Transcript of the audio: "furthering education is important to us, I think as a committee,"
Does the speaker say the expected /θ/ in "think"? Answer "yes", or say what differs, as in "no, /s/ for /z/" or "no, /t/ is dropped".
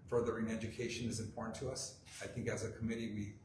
yes